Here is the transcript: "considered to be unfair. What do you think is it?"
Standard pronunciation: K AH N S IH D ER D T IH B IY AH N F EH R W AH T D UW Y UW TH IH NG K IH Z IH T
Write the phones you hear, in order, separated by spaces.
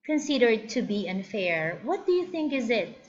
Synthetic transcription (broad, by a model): K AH N S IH D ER D T IH B IY AH N F EH R W AH T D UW Y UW TH IH NG K IH Z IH T